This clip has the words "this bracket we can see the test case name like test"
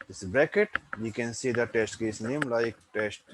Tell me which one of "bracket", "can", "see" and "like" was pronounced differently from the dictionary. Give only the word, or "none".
bracket